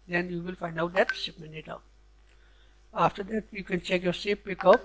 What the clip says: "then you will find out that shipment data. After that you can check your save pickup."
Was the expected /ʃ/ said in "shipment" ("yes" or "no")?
no